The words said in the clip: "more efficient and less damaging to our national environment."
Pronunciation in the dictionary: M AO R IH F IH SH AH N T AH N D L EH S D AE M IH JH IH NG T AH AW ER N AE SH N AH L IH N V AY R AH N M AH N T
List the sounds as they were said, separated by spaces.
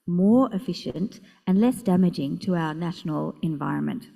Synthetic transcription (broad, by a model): M AO R IH F IH SH AH N T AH N L EH S D AE M IH JH IH NG T AH AW ER N AE SH N AH L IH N V AY R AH N M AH N T